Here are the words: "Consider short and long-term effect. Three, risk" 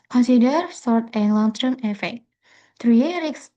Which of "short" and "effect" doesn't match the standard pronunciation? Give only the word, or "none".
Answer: short